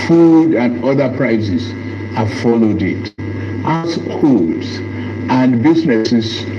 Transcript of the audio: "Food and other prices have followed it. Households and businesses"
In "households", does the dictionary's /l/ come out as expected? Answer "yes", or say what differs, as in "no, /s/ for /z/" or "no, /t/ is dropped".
no, /l/ is dropped